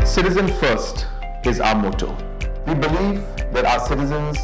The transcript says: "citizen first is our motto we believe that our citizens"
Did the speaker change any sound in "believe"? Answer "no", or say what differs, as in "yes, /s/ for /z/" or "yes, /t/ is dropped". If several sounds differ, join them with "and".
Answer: yes, /f/ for /v/